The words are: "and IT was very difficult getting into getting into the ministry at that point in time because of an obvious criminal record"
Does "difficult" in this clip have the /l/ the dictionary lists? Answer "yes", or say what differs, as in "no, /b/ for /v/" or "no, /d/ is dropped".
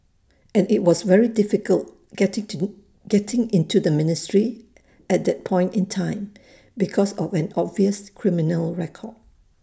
yes